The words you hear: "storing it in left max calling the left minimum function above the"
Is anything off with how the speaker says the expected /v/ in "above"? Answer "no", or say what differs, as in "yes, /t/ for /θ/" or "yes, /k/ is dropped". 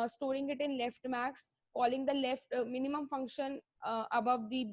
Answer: no